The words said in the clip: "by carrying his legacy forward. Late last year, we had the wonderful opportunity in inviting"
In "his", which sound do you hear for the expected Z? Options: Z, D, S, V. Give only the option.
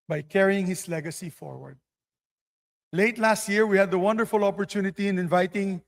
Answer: S